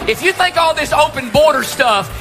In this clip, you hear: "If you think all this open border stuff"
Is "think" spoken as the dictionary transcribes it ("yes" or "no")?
no